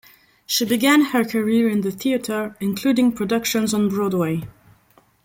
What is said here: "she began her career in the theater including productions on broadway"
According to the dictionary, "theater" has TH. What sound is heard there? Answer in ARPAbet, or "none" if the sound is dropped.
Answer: TH